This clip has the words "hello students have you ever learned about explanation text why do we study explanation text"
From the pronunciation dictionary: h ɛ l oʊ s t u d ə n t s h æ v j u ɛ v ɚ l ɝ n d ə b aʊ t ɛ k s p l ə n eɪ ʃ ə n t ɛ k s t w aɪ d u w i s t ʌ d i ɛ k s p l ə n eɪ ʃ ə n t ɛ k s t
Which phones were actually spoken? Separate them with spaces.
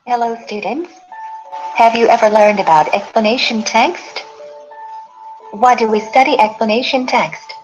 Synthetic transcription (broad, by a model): h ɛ l oʊ s t u d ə n t s h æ v j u ɛ v ɚ l ɝ n d ə b aʊ t ɛ k s p l ə n eɪ ʃ ə n t ɛ k s t w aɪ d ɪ w i s t ʌ d i ɛ k s p l ə n eɪ ʃ ə n t ɛ k s t